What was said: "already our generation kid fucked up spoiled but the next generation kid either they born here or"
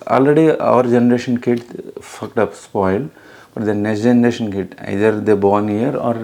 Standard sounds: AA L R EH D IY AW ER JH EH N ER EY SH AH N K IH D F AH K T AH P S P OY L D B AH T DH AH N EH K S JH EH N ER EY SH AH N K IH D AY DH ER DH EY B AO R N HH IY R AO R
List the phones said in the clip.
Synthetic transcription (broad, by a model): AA L R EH D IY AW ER JH EH N ER EY SH AH N K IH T F AH K T AH P S P OY L D B AH T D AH N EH S JH EH N ER EY SH AH N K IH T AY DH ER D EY B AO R N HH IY R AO R